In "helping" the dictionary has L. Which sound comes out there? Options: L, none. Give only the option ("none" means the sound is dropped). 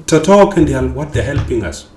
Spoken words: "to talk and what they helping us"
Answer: L